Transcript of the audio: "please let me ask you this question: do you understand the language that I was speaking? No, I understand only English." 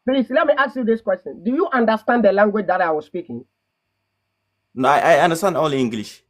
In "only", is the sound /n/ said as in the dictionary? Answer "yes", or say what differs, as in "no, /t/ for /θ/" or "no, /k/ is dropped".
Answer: no, /n/ is dropped